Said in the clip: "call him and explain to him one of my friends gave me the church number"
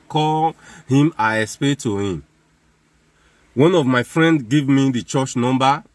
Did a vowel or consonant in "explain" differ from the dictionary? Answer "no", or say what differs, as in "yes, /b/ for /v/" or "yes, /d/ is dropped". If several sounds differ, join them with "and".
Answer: yes, /k/ is dropped and /l/ is dropped